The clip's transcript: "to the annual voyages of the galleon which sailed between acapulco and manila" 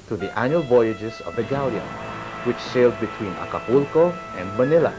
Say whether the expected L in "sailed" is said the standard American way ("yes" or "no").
yes